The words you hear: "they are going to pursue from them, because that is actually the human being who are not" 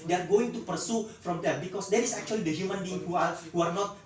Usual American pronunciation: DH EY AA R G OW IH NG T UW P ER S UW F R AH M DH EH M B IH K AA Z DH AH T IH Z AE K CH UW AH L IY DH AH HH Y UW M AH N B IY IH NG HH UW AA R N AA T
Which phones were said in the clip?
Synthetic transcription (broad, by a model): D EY AA R G OW IH NG T UW P ER S UW F R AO M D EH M B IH K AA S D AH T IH S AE K CH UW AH L IY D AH HH Y UW M AH N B IY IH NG HH UW AA R N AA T